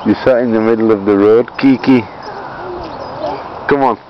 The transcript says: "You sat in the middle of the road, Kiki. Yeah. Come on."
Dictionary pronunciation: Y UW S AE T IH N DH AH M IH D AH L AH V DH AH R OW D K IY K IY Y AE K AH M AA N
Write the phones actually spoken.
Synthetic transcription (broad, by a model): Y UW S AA IH N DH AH M IH D AH L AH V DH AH R OW D K IY K IY K AH M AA N